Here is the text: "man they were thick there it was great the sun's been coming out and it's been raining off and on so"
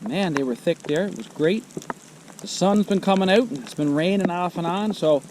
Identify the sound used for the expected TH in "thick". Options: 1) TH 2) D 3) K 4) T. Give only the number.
1